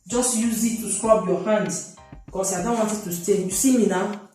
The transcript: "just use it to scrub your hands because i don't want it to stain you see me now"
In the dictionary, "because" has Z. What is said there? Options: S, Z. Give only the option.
S